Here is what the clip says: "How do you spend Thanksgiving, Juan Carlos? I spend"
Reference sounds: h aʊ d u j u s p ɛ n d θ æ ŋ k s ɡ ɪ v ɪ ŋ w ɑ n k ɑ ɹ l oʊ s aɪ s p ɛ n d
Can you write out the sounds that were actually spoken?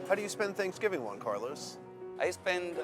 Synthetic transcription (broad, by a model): h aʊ d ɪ j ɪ s p ɛ n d θ æ ŋ k s ɡ ɪ v ɪ ŋ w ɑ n k ɑ ɹ l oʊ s aɪ s p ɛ n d